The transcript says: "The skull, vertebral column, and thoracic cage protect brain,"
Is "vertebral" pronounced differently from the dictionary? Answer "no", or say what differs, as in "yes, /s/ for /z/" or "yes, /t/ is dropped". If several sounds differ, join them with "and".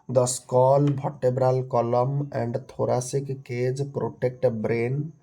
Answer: yes, /b/ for /v/